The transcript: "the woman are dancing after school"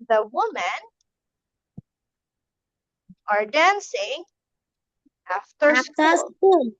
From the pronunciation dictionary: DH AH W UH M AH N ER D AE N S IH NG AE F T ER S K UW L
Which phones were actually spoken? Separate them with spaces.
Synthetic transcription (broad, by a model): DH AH W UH M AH N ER D AE N S IH NG AE F T ER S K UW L